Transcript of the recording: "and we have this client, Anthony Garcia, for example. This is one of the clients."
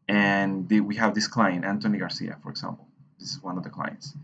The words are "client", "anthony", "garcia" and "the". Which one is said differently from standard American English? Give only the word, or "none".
anthony